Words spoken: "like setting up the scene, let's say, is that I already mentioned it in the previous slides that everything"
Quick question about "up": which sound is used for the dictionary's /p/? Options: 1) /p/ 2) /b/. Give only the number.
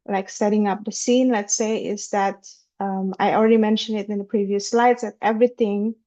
1